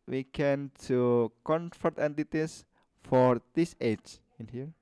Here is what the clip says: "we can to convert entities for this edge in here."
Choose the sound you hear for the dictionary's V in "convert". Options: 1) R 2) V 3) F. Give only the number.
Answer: 3